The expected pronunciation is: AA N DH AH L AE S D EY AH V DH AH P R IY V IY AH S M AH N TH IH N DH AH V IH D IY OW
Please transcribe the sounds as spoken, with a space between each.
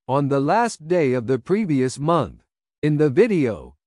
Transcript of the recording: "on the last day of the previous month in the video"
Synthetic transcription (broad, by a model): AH N DH AH L AE S D EY AH V DH AH P R IY V IY AH S M AH N TH IH N DH AH V IH D IY OW